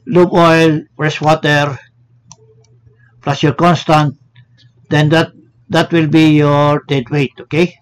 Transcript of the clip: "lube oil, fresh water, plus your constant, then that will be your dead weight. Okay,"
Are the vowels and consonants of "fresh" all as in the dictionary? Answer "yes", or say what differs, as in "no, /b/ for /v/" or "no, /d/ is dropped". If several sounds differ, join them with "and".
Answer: no, /s/ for /ʃ/